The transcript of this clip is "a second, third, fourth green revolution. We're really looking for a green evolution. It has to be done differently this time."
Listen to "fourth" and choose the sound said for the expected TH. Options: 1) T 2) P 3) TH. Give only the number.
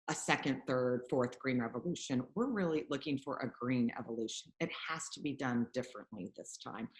3